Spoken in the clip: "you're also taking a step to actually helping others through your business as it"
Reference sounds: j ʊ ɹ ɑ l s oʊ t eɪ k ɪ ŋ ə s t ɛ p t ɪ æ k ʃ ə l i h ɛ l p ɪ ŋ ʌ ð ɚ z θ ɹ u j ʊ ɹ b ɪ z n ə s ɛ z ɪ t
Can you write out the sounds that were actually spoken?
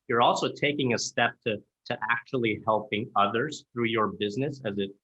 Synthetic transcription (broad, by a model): j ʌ ɹ ɑ l s oʊ t eɪ k ɪ ŋ ə s t ɛ p t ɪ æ k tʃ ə l i h ɛ l p ɪ ŋ ʌ ð ɚ z θ ɹ u j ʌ ɹ b ɪ z n ə s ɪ z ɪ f